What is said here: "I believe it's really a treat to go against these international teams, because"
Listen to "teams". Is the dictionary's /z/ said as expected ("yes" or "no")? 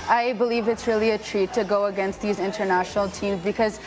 yes